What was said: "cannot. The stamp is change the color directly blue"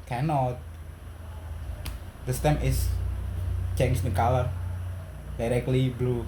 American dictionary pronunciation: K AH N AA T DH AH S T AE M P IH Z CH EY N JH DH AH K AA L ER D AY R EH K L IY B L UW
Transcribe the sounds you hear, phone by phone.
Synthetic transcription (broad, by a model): K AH N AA T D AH S T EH M IH S CH EY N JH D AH K AA L ER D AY R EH K L IY B L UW